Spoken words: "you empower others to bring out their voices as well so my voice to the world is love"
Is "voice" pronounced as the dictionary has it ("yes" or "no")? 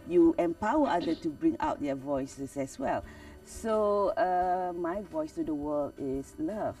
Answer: yes